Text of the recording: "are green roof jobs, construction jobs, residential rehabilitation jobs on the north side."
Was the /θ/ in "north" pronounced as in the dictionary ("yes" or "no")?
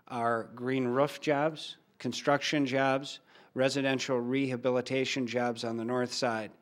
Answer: yes